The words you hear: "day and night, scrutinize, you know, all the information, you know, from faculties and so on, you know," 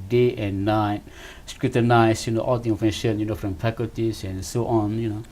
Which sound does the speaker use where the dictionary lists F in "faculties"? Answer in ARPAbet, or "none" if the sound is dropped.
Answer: P